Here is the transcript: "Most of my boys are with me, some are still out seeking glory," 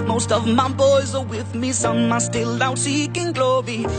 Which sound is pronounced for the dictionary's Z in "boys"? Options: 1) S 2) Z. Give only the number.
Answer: 2